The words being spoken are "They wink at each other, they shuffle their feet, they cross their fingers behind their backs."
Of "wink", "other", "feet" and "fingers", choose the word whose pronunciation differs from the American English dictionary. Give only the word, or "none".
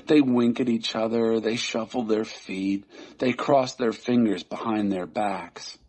none